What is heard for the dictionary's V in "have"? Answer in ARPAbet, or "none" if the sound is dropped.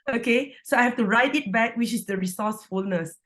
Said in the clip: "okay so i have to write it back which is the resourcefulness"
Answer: F